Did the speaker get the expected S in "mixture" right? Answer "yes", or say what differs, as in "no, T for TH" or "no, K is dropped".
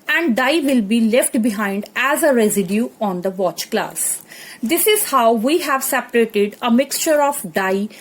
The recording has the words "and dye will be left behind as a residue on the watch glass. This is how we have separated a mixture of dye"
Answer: yes